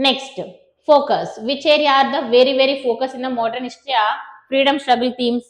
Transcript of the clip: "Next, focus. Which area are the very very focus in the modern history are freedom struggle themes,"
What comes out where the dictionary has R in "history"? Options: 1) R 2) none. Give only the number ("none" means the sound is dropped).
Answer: 2